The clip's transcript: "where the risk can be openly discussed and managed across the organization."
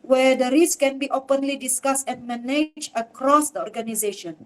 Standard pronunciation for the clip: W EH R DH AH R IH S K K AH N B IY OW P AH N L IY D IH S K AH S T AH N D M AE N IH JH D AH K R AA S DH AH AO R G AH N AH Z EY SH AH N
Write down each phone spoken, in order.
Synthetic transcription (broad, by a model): W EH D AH R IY S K K AH N B IY OW P AH N L IY D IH S K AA S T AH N M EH N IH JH AH K R AA S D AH AO R G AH N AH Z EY SH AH N